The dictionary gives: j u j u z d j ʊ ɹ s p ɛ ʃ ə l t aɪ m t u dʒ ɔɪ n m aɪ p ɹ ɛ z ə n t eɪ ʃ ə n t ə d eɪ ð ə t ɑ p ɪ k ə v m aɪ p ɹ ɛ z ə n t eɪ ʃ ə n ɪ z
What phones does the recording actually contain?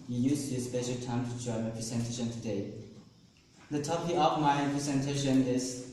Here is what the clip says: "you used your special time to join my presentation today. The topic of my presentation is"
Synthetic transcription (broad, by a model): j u j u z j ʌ s p ɛ ʃ ə l t aɪ m t u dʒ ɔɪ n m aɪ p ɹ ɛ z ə n t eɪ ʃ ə n t ə d eɪ ð ə t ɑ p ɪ ə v m aɪ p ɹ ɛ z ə n t eɪ ʃ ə n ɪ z